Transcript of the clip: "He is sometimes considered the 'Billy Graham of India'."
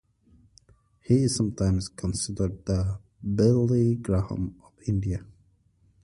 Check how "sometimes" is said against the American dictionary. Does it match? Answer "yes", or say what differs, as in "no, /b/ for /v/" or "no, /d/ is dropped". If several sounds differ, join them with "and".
no, /s/ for /z/